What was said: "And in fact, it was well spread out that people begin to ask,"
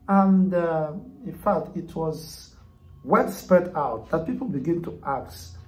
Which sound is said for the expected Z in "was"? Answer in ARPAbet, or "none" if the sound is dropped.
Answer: Z